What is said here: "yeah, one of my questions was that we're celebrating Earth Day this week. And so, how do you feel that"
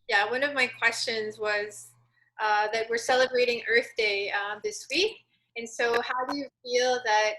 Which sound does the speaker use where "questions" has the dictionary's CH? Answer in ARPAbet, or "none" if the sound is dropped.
CH